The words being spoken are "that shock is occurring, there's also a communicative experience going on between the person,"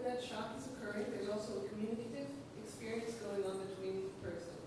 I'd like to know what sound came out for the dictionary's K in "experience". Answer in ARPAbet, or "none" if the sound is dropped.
K